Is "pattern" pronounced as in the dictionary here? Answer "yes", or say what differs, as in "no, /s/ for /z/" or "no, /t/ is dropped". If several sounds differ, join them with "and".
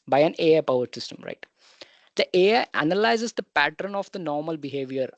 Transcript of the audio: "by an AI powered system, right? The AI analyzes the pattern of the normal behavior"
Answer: yes